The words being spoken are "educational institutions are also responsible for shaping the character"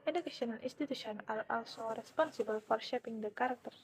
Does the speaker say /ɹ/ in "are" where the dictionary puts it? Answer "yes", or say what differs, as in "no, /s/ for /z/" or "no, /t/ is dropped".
no, /l/ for /ɹ/